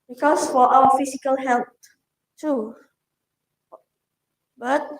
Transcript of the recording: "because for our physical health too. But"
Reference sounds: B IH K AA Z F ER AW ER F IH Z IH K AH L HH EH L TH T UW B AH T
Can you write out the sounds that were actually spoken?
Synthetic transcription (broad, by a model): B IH K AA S F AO AW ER F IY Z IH K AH L HH EH L T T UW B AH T